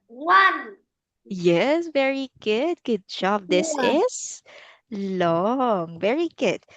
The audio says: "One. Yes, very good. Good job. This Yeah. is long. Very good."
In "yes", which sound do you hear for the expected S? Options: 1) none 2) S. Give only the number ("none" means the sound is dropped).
2